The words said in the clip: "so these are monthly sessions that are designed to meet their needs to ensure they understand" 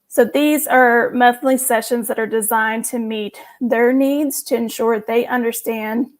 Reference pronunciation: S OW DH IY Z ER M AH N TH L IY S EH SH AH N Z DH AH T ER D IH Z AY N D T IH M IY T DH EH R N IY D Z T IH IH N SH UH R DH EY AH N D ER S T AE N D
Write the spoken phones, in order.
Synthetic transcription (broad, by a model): S OW DH IY Z ER M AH TH L IY S EH SH AH N Z DH AH T ER D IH Z AY N T IH M IY T DH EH R N IY D Z T IH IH N SH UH R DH EY AH N D ER S T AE N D